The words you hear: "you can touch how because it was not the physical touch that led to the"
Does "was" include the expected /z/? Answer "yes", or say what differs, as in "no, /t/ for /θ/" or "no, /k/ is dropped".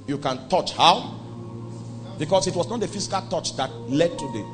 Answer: no, /s/ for /z/